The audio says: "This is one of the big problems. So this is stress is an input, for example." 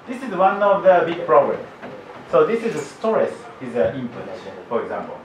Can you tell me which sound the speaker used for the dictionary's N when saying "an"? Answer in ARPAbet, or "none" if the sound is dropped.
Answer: L